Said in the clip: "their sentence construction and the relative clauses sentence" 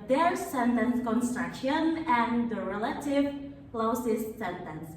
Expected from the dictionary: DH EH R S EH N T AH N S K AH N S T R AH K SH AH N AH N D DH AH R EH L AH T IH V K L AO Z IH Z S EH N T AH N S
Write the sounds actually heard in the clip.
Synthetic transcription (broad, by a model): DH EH R S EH N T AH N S K AH N S T R AH K SH AH N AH N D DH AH R EH L AH T IH V K L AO S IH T S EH N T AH N S